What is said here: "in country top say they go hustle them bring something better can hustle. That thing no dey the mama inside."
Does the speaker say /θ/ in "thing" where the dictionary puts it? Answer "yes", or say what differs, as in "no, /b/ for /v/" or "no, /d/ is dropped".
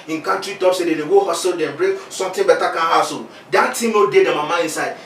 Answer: no, /t/ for /θ/